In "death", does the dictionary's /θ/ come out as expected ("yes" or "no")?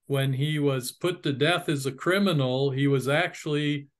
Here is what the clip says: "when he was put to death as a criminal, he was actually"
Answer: yes